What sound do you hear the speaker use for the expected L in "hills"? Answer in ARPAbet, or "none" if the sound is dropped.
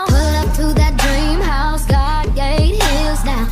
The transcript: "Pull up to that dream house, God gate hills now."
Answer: none